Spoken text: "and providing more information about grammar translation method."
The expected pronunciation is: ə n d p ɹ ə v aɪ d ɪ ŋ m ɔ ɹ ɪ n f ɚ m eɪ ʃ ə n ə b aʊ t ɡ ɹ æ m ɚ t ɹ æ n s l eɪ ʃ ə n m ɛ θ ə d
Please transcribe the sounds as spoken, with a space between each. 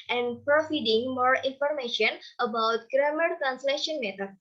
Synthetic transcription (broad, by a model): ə n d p ɹ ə f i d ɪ ŋ m ɔ ɹ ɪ n f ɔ m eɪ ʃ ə n ə b aʊ t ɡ ɹ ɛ m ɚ t ɹ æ n s l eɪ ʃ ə n m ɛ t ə